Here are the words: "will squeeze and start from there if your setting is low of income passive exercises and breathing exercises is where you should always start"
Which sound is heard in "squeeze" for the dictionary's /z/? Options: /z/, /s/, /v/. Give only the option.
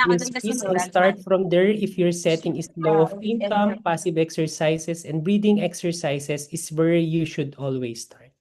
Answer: /s/